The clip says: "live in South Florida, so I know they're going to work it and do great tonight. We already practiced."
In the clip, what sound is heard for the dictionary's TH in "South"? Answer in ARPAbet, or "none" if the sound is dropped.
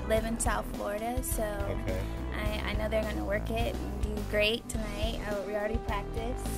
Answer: TH